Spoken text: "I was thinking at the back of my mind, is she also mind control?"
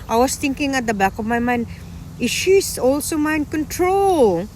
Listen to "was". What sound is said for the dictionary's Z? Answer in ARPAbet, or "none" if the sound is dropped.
S